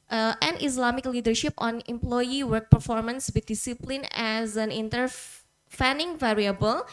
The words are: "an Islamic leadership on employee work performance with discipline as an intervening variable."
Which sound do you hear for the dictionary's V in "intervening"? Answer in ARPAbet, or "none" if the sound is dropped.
F